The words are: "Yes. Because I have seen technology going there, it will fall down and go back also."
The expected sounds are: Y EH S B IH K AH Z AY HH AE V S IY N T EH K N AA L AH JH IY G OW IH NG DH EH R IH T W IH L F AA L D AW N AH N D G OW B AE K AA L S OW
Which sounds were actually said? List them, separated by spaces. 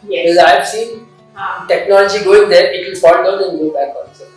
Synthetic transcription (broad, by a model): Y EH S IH AH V S IY N T EH K N AA L AH JH IY G OW IH NG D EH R IH T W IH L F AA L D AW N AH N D G OW B AE K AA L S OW